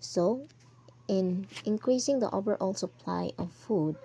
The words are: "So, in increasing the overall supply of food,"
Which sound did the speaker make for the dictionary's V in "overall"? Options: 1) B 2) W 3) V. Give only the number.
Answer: 1